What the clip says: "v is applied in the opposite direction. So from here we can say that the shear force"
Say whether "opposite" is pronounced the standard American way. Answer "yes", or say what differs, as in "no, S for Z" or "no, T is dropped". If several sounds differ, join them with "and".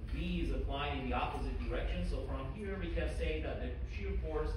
yes